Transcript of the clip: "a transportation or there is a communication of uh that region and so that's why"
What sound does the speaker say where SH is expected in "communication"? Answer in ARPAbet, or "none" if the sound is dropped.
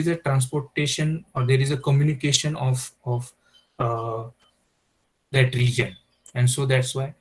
SH